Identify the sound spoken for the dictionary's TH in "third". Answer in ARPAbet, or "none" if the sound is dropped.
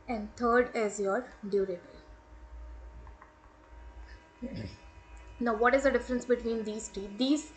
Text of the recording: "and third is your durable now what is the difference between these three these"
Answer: T